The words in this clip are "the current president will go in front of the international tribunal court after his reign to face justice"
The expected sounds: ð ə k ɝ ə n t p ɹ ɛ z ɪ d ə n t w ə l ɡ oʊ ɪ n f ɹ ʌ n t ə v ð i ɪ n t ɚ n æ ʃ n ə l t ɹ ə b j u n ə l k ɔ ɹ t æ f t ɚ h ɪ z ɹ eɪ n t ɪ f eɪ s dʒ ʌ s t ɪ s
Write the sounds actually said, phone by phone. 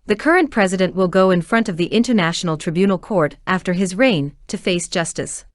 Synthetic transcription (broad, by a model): ð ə k ɝ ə n p ɹ ɛ z ɪ d ə n t w ə l ɡ oʊ ɪ n f ɹ ʌ n t ə v ð i ɪ n t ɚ n æ ʃ n l t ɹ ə b j u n l k ɔ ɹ t æ f t ɚ ɪ z ɹ eɪ n t ɪ f eɪ s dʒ ʌ s t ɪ s